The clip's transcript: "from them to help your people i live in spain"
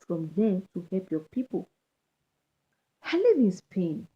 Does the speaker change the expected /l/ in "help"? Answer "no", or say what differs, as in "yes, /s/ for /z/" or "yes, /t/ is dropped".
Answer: no